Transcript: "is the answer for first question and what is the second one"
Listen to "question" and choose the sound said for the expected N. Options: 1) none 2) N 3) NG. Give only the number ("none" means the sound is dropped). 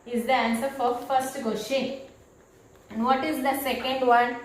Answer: 1